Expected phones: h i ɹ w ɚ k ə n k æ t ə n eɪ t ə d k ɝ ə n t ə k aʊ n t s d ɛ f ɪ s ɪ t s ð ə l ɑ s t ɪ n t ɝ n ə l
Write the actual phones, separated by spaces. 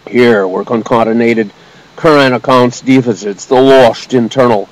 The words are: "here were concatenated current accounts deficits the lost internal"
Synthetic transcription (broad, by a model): h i ɹ w ɚ k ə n k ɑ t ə n eɪ t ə d k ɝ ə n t ə k aʊ n t s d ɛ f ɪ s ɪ t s ð ə l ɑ ʃ t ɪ n t ɝ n l